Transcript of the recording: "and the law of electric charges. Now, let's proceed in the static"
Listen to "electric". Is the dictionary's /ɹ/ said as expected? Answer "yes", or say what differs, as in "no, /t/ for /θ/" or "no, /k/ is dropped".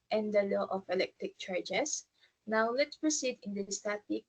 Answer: yes